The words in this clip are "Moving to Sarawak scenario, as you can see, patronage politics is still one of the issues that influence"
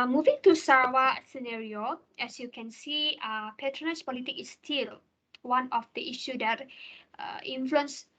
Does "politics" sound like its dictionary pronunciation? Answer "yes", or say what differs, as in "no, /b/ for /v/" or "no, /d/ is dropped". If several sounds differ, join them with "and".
no, /s/ is dropped